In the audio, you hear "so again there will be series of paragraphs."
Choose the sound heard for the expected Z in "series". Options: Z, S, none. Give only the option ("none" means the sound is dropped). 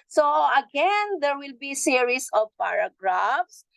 S